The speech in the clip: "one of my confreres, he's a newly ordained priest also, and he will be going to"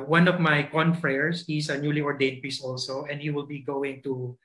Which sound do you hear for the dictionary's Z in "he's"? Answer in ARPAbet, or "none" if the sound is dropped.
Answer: S